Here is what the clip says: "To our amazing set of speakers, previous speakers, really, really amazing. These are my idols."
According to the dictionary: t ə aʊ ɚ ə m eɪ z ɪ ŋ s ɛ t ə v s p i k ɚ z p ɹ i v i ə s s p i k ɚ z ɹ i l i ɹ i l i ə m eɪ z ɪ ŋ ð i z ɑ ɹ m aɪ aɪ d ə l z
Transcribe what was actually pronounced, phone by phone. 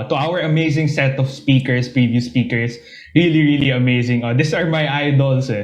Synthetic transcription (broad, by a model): t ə aʊ ɚ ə m eɪ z ɪ ŋ s ɛ t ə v s p i k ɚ s p ɹ i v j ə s s p i k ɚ s ɹ i l i ɹ i l i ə m eɪ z ɪ ŋ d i s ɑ ɹ m aɪ aɪ d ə l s